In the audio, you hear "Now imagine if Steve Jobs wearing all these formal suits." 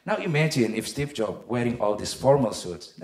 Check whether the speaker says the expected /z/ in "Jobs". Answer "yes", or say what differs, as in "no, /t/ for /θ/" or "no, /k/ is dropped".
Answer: no, /z/ is dropped